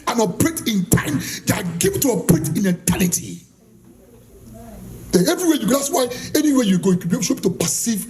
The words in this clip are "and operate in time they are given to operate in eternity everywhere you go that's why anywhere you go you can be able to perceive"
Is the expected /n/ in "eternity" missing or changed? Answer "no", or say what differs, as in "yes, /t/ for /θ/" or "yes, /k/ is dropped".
yes, /l/ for /n/